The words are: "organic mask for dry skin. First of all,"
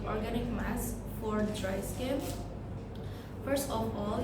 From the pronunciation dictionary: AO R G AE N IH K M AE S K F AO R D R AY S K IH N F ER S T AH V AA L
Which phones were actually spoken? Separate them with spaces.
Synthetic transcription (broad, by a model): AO R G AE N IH K M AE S F AO R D R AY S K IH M F ER S T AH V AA L